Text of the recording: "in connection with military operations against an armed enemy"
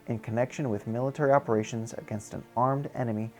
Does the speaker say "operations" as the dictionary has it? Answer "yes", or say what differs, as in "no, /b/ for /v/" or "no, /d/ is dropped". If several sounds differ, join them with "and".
yes